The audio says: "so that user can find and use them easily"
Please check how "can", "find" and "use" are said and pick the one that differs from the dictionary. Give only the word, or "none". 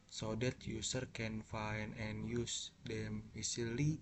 find